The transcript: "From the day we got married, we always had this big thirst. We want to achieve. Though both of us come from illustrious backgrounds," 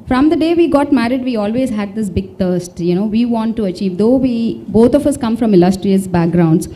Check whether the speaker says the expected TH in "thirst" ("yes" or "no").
no